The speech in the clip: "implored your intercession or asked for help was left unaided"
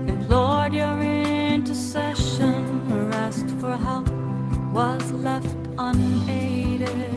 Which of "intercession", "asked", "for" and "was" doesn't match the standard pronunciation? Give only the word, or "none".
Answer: none